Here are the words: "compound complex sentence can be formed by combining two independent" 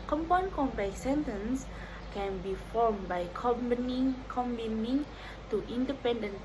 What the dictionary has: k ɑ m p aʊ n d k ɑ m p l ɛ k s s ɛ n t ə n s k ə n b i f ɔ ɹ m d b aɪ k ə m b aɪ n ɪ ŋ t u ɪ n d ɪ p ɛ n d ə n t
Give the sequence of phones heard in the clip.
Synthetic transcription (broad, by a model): k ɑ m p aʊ n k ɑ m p ɛ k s s ɛ n t ə n s k ə n b i f ɔ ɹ m b aɪ k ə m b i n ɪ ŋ t u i n d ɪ p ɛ n d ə n